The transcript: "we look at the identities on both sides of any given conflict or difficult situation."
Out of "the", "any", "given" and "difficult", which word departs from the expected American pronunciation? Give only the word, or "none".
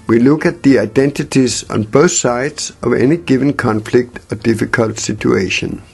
none